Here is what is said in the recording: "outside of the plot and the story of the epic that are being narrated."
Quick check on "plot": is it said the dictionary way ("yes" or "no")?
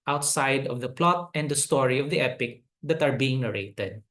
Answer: yes